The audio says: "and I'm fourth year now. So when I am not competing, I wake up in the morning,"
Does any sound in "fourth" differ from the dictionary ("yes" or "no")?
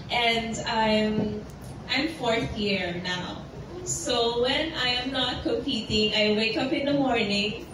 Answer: no